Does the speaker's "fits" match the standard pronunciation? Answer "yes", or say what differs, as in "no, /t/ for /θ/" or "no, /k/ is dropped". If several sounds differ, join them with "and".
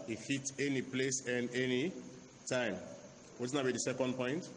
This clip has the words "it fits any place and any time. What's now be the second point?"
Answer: no, /s/ is dropped